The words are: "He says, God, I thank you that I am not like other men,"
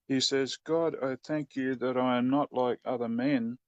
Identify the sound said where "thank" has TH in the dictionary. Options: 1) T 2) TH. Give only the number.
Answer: 2